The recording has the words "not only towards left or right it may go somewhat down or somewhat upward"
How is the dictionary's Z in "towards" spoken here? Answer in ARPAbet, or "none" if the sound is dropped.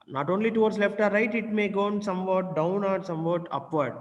S